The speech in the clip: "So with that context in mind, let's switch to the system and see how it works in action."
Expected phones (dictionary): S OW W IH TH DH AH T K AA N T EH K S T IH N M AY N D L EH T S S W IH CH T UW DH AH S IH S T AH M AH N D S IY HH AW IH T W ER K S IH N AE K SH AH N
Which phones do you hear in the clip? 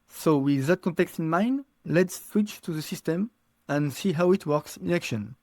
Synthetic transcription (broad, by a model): S OW W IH DH AH T K AA N T EH K S T IH N M AY N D L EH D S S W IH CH T UW DH AH S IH S T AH M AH N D S IY HH AW IH T W ER K S IH N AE K SH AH N